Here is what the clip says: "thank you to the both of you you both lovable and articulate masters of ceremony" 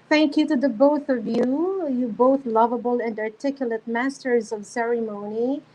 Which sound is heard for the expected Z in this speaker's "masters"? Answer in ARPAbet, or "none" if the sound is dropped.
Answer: Z